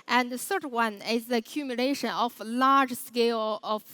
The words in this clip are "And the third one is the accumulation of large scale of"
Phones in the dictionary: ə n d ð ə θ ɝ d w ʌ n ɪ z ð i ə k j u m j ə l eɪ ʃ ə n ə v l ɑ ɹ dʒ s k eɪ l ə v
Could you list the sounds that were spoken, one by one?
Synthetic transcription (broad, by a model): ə n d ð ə s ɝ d w ʌ n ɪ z ð i ə k j u m j ə l eɪ ʃ ə n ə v l ɑ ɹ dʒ s k eɪ l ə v